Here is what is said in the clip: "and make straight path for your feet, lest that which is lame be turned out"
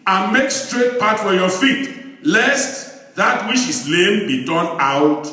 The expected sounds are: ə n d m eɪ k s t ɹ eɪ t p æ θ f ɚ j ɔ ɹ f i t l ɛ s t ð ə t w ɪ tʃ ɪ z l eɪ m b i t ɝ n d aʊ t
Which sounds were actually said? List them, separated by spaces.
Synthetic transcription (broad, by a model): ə n m eɪ k s t ɹ eɪ t p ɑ t f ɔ j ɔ f i t l ɛ s t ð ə t w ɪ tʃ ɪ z l eɪ m b i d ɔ n aʊ t